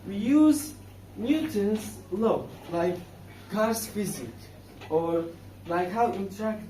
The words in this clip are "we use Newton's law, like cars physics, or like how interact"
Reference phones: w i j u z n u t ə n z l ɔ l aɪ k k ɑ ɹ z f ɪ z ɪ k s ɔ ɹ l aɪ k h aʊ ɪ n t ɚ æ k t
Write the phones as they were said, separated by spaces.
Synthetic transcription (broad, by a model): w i j u z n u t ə n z l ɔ l aɪ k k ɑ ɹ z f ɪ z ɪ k ɔ ɹ l aɪ k h aʊ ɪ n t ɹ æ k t